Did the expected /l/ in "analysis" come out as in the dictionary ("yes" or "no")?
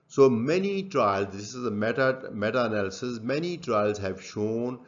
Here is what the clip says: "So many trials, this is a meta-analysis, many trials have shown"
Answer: no